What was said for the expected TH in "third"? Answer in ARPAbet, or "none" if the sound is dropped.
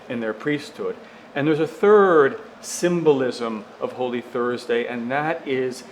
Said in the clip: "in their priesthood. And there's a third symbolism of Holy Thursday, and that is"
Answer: TH